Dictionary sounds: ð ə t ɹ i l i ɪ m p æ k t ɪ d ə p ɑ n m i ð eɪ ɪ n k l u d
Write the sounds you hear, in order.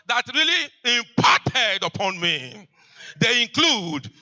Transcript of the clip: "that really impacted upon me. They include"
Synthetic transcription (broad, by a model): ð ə t ɹ i l i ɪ m p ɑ t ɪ d ə p ɑ n m i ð eɪ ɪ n k l u d